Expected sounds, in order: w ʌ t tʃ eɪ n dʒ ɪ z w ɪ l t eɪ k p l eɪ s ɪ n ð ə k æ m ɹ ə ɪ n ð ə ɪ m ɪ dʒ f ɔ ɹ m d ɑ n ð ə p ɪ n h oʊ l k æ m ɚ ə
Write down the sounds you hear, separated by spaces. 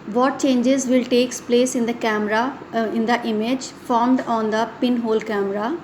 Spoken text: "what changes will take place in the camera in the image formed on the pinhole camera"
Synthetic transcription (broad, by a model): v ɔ t tʃ eɪ n dʒ ɪ z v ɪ l t eɪ k p l eɪ s ɪ n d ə k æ m ɹ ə ɪ n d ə ɪ m ɪ dʒ f ɔ ɹ m d ɑ n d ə p ɪ n h oʊ l k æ m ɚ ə